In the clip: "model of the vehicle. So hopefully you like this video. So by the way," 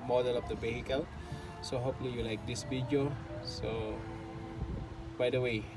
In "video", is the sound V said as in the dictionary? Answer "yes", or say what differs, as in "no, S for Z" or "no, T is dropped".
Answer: no, B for V